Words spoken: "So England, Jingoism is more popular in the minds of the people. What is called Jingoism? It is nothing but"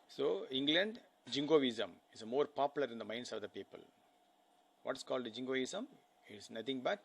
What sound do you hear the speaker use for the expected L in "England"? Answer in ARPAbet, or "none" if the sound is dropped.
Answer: L